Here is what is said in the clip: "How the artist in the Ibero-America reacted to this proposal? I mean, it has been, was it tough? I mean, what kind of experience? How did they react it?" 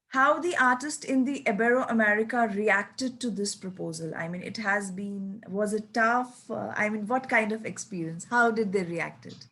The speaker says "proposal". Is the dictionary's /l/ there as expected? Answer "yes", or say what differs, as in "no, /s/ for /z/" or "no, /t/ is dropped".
yes